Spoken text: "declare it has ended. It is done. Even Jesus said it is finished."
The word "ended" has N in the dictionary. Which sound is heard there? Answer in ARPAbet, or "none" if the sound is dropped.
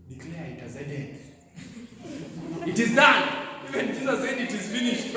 none